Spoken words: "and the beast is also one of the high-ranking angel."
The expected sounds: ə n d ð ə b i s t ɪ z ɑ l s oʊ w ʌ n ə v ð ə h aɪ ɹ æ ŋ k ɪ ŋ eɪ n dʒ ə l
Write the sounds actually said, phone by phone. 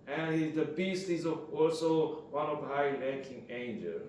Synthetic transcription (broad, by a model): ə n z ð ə b i s t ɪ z ɑ l s oʊ w ʌ n ə v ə h aɪ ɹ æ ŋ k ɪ ŋ eɪ n dʒ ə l